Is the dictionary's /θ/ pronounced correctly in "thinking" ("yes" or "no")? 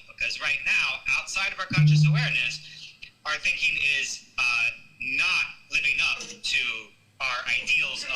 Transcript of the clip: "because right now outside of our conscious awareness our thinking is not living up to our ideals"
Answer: yes